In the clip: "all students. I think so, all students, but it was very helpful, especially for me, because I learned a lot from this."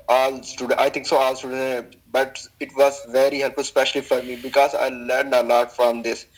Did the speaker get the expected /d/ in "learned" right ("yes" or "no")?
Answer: yes